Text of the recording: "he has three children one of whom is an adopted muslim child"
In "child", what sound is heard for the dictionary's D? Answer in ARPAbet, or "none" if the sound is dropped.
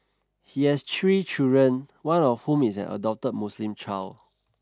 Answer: none